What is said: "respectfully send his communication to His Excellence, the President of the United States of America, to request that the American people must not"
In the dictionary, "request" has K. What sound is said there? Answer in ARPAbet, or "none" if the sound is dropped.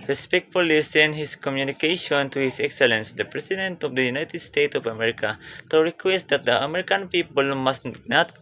K